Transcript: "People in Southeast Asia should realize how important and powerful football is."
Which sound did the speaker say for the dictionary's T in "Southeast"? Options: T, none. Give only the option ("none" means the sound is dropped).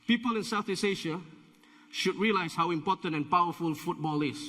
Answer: none